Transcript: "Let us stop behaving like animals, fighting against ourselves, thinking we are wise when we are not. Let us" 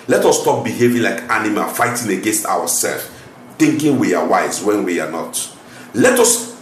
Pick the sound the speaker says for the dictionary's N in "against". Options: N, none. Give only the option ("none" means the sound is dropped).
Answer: N